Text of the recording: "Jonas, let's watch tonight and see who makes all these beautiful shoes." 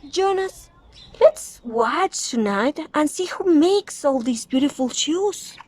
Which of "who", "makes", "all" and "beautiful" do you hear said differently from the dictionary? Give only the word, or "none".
none